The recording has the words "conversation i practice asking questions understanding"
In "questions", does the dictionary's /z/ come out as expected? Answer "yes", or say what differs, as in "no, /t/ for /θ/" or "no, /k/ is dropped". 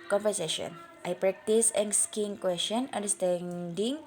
no, /z/ is dropped